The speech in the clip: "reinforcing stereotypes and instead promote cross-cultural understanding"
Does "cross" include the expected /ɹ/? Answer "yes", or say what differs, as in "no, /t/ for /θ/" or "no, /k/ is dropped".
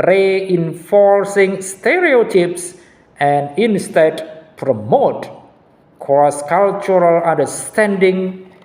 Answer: no, /ɹ/ is dropped